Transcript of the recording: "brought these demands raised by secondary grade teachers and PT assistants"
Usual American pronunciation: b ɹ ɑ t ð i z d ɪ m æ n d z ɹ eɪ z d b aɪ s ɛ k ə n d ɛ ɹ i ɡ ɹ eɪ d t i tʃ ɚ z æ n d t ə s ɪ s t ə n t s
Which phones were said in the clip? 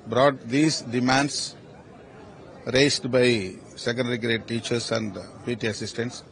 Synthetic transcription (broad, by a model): b ɹ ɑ t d i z d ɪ m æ n d s ɹ eɪ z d b aɪ s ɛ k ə n d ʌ ɹ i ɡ ɹ eɪ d t i tʃ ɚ s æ n d t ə s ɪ s t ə n t s